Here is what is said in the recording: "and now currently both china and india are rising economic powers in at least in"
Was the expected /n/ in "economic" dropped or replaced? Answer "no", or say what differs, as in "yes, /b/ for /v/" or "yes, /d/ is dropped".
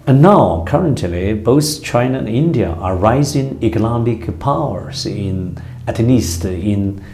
yes, /l/ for /n/